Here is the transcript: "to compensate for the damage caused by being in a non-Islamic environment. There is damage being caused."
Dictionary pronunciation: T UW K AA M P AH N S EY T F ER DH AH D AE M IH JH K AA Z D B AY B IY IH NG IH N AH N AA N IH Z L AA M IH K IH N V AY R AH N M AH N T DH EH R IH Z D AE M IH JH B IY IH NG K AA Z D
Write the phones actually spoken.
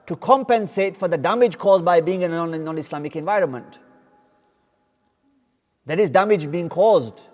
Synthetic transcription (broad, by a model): T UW K AA M P AH N S EY T F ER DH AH D AE M IH JH K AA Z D B AY B IY IH NG IH N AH N AA N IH S L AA M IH K IH N V AY R AH N M AH N T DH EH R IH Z D AE M IH JH B IY IH NG K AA Z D